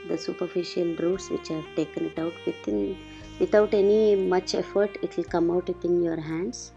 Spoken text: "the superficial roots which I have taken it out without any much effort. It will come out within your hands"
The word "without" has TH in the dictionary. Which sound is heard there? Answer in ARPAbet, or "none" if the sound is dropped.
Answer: T